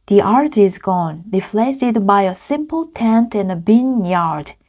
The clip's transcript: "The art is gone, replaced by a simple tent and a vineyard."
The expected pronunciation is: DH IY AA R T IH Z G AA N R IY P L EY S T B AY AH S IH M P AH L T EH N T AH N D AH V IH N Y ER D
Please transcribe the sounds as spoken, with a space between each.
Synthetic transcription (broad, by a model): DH IY AA R T IH Z G AA N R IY F L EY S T B AY AH S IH M P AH L T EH N T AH N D AH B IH N Y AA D